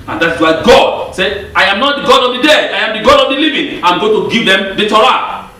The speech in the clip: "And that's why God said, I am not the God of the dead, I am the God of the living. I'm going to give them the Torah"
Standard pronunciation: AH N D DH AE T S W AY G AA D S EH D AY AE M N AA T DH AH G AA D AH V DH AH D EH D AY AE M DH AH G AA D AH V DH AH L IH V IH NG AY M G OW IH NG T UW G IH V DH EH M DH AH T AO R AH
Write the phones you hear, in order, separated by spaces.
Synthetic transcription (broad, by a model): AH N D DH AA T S W AY G AA D S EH AY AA M N AA T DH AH G AA D AH V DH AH D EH AY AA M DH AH G AA D AH V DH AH L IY V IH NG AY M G OW T UW G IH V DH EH M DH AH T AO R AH